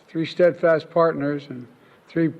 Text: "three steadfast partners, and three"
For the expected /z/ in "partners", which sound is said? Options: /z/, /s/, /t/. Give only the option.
/z/